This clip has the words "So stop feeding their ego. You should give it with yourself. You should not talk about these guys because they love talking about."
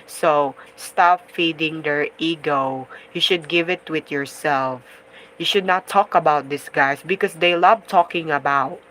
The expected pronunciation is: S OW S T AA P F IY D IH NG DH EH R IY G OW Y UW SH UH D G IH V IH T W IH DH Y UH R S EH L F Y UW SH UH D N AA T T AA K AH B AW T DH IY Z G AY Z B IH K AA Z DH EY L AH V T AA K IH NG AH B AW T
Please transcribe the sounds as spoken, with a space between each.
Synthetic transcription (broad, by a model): S OW S T AA P F IY D IH NG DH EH R IY G OW Y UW SH UH D G IH V IH T W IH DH Y UH R S EH L F Y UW SH UH D N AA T T AA K AH B AW T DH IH S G AY S B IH K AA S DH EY L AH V T AA K IH NG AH B AW T